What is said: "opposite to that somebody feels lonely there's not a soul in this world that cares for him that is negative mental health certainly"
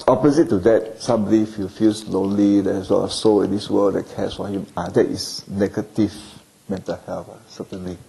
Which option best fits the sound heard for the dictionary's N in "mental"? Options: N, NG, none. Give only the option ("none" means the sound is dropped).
N